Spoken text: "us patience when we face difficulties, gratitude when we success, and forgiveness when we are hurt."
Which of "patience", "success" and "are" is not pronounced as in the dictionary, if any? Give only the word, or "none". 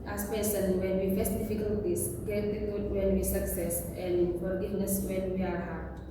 patience